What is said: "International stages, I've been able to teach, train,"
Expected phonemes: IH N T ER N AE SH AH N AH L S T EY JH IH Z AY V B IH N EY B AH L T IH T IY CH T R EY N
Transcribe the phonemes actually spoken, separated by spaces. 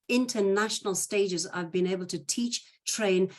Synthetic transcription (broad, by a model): IH N T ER N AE SH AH N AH L S T EY JH IH Z AY V B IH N EY B AH L T IH T IY CH T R EY N